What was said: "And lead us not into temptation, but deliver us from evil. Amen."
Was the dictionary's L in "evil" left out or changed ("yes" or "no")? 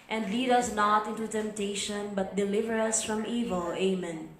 no